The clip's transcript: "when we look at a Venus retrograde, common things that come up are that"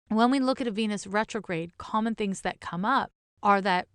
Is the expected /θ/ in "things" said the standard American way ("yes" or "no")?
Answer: yes